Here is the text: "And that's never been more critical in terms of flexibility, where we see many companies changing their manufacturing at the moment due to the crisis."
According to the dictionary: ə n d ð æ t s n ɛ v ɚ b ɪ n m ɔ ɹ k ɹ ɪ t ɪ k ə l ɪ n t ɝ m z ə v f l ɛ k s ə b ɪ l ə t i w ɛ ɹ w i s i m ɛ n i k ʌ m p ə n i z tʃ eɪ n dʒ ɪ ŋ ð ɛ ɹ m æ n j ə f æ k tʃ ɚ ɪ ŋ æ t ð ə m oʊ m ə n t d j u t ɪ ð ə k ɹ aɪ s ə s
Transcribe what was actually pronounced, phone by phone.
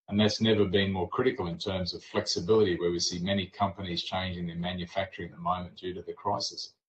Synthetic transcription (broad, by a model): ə n ð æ t s n ɛ v ɚ b ɪ n m ɔ ɹ k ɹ ɪ t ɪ k l ɪ n t ɝ m z ə v f l ɛ k s ə b ɪ l ə t i w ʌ ɹ w i s i m ɛ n i k ʌ m p ə n i z tʃ eɪ n dʒ ɪ ŋ ð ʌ ɹ m æ n j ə f æ k tʃ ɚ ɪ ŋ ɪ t ð ə m oʊ m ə n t d j u t ɪ ð ə k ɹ aɪ s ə s